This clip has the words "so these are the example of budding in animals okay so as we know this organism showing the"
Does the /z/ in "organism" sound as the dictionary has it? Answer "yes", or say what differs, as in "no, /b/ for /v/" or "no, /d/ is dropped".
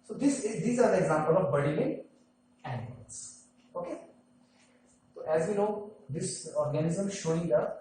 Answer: yes